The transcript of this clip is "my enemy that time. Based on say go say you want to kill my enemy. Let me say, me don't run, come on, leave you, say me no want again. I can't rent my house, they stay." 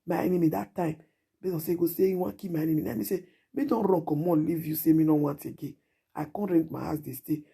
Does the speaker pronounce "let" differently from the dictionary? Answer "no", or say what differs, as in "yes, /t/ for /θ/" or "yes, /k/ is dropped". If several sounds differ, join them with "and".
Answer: yes, /n/ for /l/